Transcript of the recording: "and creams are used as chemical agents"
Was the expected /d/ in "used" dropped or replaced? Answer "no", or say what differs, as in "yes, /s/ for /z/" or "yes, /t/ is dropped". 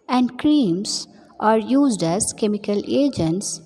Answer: no